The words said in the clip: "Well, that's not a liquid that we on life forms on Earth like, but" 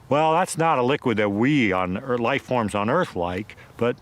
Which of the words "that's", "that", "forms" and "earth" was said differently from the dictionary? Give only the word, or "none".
none